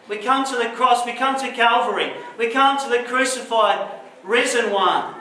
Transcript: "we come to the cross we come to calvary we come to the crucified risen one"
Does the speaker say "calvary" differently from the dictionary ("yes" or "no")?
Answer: no